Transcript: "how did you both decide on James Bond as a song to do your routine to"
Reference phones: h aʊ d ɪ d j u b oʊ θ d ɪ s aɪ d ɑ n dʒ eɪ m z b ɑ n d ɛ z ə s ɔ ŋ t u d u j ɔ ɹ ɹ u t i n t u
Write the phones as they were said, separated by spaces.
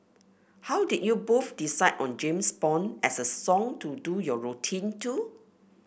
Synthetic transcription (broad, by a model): h aʊ d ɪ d j u b oʊ f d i s aɪ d ɑ n dʒ eɪ m s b ɑ n ɛ s ə s ɔ ŋ t u d u j ɔ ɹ ɹ u t i n t u